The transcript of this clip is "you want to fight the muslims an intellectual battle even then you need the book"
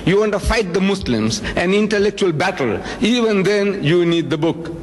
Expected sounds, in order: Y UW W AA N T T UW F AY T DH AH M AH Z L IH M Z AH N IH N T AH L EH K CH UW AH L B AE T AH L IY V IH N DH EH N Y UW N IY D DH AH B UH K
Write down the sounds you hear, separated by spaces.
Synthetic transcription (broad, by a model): Y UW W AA N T T UW F AY T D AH M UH S L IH M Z AH N IH N T AH L EH K CH UW AH L B AE T AH L IY V IH N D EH N Y UW N IY D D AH B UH K